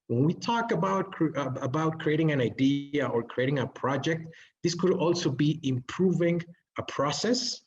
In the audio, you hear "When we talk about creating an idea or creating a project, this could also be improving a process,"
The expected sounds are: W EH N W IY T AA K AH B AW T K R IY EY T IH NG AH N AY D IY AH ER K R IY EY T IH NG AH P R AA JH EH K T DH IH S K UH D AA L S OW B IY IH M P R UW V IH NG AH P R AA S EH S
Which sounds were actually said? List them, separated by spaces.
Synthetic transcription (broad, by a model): W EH N W IY T AA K AH B AW T K R IY EY T IH NG AH N AY D IY AH ER K R IY EY T IH NG AH P R AA JH EH K T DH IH S K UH D AA L S OW B IY IH M P R UW V IH NG AH P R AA S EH S